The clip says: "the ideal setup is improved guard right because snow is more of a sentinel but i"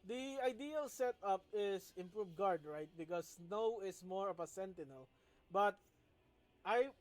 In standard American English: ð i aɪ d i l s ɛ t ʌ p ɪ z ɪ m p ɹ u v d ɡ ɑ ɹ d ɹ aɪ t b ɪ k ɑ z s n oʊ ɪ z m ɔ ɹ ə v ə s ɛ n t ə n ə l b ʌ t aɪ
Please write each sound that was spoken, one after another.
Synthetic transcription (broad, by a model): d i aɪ d i l s ɛ t ʌ p ɪ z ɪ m p ɹ u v ɡ ɑ ɹ d ɹ aɪ t b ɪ k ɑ s n oʊ ɪ s m ɔ ɹ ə p ə s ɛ n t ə n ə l b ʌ t aɪ